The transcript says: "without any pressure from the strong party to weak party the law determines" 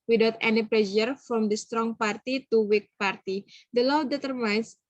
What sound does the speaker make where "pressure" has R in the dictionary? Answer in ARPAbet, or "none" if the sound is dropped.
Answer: L